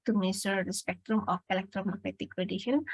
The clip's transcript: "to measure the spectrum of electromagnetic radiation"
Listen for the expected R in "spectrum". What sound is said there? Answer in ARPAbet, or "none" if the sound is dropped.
R